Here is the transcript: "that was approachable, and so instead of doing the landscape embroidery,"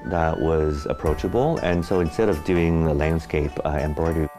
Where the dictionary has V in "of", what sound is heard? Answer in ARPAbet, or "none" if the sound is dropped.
V